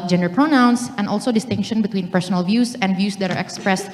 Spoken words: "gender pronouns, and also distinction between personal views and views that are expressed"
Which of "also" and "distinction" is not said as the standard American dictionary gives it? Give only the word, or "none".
none